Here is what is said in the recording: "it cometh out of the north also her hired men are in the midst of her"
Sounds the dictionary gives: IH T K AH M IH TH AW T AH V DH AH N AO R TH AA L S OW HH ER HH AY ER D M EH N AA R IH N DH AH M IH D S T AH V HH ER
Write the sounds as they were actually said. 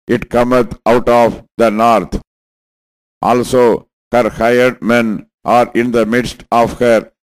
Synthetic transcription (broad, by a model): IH T K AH M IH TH AW T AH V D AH N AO R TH AA L S OW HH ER HH AY ER D M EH N AA R IH N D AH M IH D S T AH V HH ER